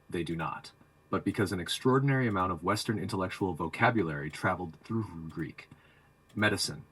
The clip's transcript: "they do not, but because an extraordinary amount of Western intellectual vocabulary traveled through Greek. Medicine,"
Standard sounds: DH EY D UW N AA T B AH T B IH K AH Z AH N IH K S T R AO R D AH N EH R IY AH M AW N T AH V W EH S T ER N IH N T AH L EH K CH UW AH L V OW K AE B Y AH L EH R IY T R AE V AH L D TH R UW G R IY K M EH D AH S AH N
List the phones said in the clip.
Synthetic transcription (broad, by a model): DH EY D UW N AA T B AH T B IH K AH Z AH N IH K S T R AO R D N EH R IY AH M AW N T AH V W EH S T ER N IH N T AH L EH K CH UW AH L V OW K AE B Y AH L EH R IY T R AE V L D TH R UW G R IY K M EH D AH S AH N